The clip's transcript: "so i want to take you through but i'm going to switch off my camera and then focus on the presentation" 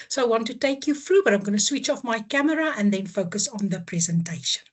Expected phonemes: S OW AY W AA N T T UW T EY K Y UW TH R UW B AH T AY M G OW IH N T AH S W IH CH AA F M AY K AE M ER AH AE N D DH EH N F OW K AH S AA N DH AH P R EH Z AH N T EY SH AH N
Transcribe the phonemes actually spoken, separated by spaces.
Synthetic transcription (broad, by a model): S OW AY W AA N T T UW T EY K Y UW F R UW B AH T AY M G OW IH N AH S W IH CH AA F M AY K AE M ER AH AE N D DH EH N F OW K AH S AA N DH AH P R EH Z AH N T EY SH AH N